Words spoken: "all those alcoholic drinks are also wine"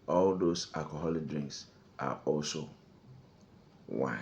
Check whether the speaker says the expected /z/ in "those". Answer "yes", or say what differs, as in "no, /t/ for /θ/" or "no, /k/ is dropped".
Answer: no, /s/ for /z/